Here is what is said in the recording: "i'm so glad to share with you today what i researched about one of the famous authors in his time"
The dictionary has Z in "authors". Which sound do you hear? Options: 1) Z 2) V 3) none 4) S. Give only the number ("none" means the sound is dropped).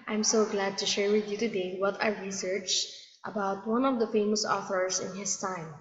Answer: 4